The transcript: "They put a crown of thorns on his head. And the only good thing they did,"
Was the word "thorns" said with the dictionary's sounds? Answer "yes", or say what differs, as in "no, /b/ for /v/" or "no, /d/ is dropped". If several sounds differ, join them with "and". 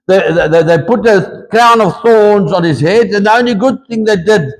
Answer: yes